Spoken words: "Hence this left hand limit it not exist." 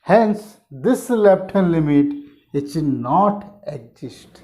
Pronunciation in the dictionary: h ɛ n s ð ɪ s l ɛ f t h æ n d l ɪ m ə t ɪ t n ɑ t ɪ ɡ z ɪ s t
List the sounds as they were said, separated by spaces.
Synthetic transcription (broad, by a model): h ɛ n s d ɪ s l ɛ p t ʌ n l ɪ m ə t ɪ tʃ n ɑ t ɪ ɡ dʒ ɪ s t